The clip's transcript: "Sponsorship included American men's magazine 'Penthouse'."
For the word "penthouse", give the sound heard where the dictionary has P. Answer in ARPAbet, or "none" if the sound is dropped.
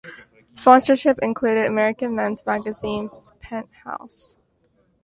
P